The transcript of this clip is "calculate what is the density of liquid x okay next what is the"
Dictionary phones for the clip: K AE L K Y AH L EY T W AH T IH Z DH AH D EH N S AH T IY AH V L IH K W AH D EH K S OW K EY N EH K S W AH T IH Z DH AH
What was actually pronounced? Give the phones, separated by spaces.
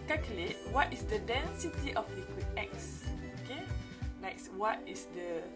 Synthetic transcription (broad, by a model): K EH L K Y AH L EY T W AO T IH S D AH D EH N S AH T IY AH F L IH K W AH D EH K S OW K EY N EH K S W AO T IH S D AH